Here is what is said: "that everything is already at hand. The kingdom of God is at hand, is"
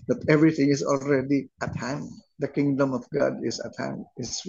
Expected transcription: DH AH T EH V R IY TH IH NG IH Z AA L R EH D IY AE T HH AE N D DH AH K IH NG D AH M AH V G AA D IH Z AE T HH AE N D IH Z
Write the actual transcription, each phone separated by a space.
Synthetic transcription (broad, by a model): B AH T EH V R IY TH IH NG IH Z AA L R EH D IY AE T HH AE N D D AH K IH NG D AH M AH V G AA D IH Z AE T HH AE N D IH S